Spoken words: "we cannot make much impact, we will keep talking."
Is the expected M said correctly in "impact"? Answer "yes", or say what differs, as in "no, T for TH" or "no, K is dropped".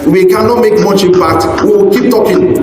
no, M is dropped